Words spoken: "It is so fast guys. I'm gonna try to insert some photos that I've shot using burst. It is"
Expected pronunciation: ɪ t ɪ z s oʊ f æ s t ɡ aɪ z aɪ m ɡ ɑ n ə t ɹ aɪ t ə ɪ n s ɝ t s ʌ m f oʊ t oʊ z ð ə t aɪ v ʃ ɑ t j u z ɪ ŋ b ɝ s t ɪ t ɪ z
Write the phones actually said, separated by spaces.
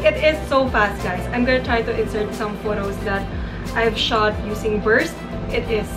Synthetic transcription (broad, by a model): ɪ t ɪ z s oʊ f æ s t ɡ aɪ s aɪ m ɡ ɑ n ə t ɹ aɪ t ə ɪ n s ɝ t s ʌ m f oʊ t oʊ s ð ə t aɪ v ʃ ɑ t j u s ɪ ŋ b ɝ s t ɪ t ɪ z